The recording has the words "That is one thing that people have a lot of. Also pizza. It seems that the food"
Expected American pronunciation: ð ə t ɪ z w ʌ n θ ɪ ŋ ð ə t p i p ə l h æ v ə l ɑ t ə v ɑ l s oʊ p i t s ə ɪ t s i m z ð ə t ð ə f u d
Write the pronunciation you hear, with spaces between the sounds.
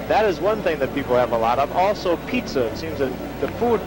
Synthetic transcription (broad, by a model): ð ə t ɪ z w ʌ n θ ɪ ŋ ð ə t p i p l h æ v ə l ɑ t ə v ɑ l s oʊ p i t s ə ɪ t s i m z ð ə t ð ə f u d